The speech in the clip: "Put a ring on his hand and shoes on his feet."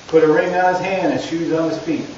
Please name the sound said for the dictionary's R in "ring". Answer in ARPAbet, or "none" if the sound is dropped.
R